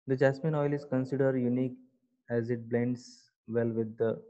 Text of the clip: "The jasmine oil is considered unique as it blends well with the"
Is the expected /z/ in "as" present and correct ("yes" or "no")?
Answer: yes